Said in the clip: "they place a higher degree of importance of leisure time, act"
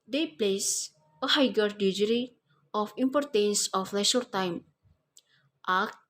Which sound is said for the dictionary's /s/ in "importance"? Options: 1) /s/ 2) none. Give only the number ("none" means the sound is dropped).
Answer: 1